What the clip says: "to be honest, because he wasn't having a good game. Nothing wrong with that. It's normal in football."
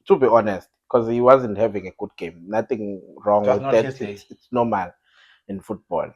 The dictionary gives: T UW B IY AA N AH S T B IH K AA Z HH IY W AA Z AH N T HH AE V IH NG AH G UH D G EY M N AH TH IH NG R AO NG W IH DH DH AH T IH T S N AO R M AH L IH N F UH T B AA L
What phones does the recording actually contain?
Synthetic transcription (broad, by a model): T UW B IY AA N AH S T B K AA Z HH IY W AA Z AH N T HH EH V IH NG AH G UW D G EY M N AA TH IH NG R AO NG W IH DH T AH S IH T S N AO M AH L IH N F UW T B AA L